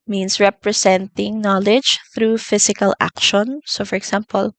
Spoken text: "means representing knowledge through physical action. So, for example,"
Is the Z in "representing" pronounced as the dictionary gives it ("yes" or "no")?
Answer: no